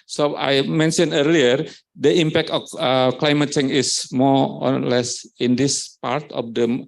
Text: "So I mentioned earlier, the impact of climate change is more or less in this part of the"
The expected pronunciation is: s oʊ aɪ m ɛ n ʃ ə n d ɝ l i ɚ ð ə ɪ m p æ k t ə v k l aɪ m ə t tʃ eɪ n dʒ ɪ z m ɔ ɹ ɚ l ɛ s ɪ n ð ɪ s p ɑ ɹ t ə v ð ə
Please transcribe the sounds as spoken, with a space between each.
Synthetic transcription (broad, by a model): s oʊ aɪ m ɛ n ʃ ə n ɝ l i ɚ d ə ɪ m p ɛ k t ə f k l aɪ m ə t tʃ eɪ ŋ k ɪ s m ɔ ɹ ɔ l ɛ s ɪ n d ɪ s p ɑ ɹ t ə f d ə